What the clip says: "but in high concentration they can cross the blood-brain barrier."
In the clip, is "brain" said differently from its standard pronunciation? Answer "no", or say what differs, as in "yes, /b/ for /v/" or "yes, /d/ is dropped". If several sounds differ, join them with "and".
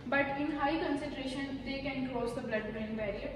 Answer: yes, /ɹ/ is dropped